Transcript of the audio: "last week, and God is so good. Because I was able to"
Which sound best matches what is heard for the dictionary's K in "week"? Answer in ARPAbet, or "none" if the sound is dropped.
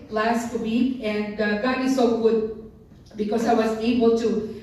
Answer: none